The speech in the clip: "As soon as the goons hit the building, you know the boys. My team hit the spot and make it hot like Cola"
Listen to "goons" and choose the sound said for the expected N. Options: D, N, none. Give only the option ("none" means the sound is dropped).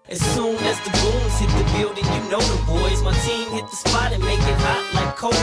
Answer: none